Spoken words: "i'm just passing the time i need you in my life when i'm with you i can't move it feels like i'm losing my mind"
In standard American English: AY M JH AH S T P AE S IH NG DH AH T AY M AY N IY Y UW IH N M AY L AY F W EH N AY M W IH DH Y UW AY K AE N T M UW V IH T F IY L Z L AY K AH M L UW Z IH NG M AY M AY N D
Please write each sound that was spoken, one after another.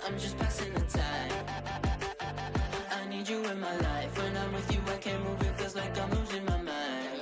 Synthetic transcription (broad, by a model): AY M JH AH S P AE S IH NG DH AH T AY M AY N IY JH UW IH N M AY L AY F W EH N AY M W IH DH Y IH AY K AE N M UW V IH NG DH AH Z L AY K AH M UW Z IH M AY M AY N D